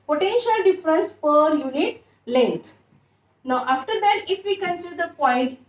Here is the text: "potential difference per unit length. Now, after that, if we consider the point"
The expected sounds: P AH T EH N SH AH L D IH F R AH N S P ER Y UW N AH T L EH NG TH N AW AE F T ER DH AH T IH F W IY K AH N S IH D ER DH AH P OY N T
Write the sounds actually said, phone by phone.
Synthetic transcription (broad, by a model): P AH T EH N SH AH L D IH F R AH N S P ER Y UW N AH T L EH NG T N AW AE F T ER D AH T IH F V IY K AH N S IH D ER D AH P OY N T